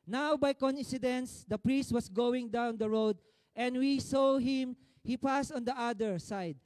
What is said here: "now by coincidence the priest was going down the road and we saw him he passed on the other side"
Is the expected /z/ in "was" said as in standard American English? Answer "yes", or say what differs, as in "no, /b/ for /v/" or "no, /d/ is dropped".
no, /s/ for /z/